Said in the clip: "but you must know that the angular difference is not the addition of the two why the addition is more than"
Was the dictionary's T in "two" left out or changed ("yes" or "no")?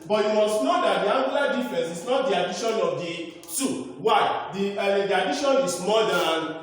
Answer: yes